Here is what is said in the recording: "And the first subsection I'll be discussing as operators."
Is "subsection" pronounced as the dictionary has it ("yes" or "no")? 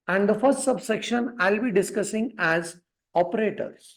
yes